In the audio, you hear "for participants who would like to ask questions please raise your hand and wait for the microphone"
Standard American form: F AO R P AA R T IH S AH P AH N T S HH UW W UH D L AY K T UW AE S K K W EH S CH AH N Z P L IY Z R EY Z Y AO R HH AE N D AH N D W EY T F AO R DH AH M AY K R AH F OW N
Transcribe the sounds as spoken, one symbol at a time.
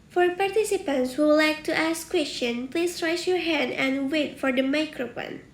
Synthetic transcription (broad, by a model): F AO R P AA R T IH S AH P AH N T S HH UW L AY K T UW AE S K K W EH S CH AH N P L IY S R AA S Y AO R HH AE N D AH N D W EY T F AO R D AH M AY K R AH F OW N